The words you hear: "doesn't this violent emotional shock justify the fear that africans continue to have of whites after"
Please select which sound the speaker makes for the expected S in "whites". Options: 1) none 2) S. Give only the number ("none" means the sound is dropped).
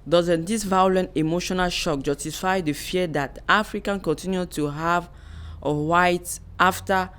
1